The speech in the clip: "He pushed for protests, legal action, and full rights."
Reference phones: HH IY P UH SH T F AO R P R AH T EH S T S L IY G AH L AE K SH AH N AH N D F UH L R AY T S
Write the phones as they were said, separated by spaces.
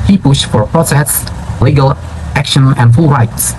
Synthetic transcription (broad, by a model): HH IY P UH SH T F AO R P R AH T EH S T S L IY G AH L AE K SH AH N AH N D F UH L R AY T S